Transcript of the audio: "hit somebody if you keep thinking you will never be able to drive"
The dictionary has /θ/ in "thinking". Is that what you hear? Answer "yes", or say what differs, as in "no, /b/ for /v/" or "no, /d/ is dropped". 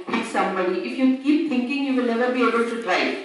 no, /t/ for /θ/